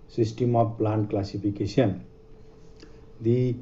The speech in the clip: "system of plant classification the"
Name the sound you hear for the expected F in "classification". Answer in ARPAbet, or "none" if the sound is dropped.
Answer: P